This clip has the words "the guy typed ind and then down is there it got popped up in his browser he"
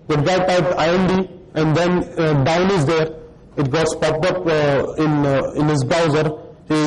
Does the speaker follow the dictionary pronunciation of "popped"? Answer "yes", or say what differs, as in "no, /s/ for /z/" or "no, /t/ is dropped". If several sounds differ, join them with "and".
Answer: no, /t/ is dropped